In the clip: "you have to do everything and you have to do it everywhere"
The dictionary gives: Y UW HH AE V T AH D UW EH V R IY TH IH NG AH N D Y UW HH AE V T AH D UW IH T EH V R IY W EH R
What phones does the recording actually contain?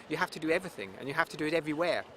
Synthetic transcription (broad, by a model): Y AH HH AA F T AH D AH EH V R IY TH IH NG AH N Y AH HH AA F T AH D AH IH T EH V R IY W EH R